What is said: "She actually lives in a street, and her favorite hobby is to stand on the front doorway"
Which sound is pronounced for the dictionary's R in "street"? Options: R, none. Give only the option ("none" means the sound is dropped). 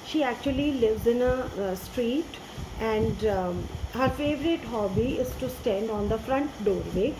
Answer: R